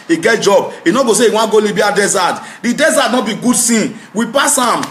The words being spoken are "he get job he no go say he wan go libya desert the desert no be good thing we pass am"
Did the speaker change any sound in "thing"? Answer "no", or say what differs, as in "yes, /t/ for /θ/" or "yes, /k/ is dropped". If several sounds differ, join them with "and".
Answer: yes, /s/ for /θ/